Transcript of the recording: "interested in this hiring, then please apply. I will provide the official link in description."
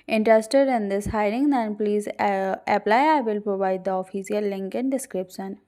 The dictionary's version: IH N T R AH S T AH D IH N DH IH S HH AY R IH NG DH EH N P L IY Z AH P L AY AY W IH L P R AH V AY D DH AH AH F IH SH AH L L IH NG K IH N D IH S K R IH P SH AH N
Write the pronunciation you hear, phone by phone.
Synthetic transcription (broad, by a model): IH N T R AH S T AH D IH N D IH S HH AY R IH NG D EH N P L IY Z AH P L AY AY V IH L P R AH V AY D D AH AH F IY S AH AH L IH NG K IH N D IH S K R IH P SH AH N